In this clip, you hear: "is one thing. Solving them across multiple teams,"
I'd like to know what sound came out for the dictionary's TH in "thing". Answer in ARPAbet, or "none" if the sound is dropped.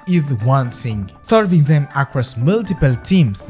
S